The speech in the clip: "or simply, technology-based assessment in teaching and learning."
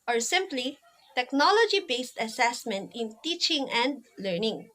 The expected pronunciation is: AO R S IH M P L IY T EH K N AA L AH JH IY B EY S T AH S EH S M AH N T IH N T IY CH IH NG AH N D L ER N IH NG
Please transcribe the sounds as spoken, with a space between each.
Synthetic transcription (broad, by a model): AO R S IH M P L IY T EH K N AA L AH JH IY B EY S T AH S EH S M AH N T IH N T IY CH IH NG AH N D L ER N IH NG